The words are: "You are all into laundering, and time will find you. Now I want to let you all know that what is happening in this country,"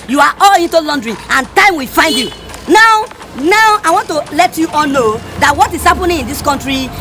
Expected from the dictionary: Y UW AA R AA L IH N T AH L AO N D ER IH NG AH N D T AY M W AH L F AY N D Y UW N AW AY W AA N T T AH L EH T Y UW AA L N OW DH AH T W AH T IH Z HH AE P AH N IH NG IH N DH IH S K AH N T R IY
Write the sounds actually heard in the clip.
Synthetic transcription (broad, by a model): Y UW AA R AA L IH N T AH L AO N D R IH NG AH N T AY M W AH F AY N D Y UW N AW AY W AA N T T AH L EH T Y UW AA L N OW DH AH T W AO T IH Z HH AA P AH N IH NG IH N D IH S K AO N T R IY